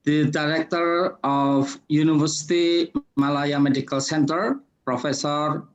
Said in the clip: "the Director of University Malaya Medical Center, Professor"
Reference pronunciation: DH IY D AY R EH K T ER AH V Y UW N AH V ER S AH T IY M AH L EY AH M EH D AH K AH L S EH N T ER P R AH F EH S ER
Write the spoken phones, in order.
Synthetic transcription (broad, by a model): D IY D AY R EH K T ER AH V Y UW N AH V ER S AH T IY M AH L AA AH M EH D AH K AH L S EH N T ER P R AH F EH S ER